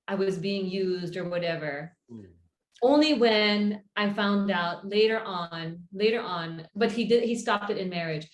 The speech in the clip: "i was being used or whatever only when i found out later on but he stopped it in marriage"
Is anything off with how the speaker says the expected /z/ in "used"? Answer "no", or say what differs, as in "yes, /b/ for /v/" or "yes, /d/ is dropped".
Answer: no